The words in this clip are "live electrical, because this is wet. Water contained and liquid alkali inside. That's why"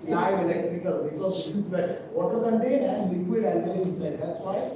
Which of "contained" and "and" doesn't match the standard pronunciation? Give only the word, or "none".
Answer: contained